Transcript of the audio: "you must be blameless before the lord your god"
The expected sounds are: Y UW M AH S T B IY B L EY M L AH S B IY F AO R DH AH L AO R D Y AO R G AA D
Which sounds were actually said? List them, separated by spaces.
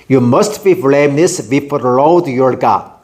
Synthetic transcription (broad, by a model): Y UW M AH S T B IY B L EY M N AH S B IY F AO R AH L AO W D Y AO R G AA